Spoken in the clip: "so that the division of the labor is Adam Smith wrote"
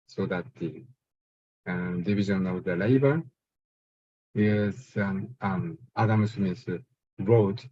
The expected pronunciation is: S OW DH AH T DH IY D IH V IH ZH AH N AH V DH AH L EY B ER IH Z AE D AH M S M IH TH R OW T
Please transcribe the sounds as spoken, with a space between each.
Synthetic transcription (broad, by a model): S OW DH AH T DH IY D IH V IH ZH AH N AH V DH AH L EY B ER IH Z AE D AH M S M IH S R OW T